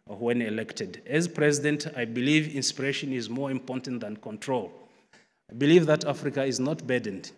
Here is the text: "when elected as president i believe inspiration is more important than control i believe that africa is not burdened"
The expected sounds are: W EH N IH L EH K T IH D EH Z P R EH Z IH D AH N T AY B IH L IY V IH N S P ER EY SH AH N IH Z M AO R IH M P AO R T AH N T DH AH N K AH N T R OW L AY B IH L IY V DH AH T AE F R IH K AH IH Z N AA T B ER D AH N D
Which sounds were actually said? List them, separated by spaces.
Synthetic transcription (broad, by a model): W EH N IH L EH K T IH D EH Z P R EH Z IH D AH N T AY B IH L IY V IH N S P ER EY SH AH N IH Z M AO R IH M P AO R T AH N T DH AH N K AH N T R OW L AY B IH L IY V DH AH T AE F R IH K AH IH Z N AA T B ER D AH N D